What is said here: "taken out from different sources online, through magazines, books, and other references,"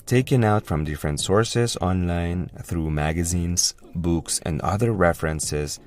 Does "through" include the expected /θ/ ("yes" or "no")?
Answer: yes